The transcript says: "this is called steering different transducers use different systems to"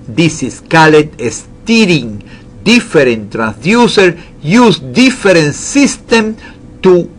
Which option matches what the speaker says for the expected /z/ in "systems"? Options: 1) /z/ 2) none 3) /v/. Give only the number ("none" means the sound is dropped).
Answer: 2